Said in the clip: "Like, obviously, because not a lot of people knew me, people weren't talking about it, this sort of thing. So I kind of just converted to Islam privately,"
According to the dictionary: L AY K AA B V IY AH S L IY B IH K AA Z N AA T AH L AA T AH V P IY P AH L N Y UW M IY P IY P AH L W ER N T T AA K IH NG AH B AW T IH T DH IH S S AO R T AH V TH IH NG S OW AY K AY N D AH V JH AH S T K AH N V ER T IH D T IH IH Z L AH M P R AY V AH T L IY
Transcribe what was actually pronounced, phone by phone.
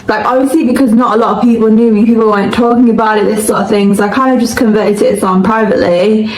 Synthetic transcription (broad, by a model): L AY K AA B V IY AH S L IY B IH K AA Z N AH T AH L AA T AH V P IY P AH L N Y UW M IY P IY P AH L W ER N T T AA K IH NG AH B AW T IH T DH IH S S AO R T AH V TH IH NG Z AY K AY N D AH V JH AH S K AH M V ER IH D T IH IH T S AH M P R AY V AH T L IY